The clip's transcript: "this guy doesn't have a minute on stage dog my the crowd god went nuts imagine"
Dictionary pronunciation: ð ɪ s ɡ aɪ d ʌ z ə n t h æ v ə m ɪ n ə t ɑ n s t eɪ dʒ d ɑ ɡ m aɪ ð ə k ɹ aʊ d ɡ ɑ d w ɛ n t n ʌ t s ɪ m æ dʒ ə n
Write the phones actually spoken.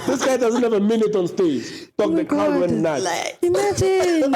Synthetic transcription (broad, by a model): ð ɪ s ɡ aɪ d ʌ z ə n t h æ v ə m ɪ n ə t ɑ n s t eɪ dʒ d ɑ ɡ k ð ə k aʊ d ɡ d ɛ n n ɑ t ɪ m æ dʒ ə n